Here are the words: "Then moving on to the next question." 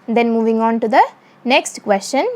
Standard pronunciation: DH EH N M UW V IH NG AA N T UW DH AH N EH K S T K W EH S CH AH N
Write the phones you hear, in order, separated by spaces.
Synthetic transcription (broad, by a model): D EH N M UW V IH NG AA N T UW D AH N EH K S T K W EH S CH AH N